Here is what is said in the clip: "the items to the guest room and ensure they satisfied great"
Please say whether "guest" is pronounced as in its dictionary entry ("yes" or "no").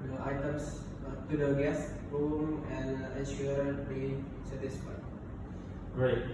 yes